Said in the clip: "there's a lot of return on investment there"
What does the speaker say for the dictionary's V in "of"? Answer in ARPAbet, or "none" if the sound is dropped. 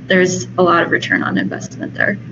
V